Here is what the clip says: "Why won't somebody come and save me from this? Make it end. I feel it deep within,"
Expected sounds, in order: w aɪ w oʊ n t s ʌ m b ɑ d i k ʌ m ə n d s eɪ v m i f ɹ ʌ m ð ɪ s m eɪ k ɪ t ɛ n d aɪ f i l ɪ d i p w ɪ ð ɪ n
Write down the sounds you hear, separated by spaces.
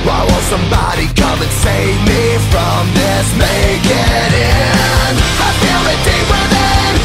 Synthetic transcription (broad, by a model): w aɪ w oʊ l s ʌ m b ɑ d i k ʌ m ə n s eɪ v m i f ɹ ʌ m ð ɪ s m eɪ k ɪ t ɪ n aɪ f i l ɪ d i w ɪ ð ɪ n